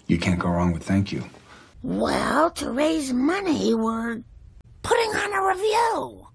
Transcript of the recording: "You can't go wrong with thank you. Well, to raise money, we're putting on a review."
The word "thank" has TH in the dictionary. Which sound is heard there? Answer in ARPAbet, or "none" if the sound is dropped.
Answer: TH